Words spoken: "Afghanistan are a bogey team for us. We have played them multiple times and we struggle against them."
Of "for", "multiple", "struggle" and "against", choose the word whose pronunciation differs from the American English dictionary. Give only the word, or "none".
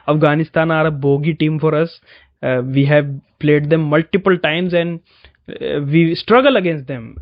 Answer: none